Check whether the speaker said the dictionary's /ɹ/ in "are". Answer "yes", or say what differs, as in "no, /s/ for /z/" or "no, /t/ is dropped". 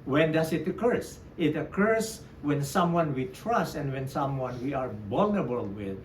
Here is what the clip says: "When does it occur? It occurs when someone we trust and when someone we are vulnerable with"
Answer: yes